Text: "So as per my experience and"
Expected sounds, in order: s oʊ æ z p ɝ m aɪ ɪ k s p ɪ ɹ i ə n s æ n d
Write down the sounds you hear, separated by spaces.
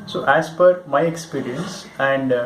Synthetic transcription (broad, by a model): s oʊ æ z f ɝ m aɪ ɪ k s p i ɹ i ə n s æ n d